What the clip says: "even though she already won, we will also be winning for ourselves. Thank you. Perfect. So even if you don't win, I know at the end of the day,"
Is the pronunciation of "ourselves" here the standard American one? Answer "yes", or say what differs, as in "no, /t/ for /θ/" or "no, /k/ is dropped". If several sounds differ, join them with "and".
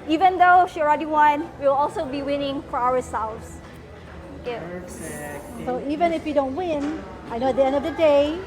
no, /w/ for /ɹ/